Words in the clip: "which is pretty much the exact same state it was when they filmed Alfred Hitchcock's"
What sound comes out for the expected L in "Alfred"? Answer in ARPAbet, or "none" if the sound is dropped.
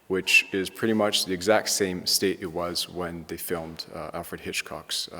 L